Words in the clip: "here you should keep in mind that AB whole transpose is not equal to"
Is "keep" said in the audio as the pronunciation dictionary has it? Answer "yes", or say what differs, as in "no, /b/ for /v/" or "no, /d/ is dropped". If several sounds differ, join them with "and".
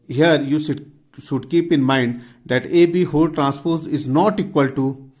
yes